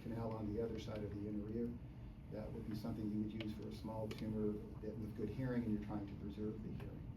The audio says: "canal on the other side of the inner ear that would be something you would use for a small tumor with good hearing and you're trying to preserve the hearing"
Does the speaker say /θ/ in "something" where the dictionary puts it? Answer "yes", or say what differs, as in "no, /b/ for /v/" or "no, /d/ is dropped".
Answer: yes